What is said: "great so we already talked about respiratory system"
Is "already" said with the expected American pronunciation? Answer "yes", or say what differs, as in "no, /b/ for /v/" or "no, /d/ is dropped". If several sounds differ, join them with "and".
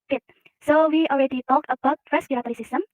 yes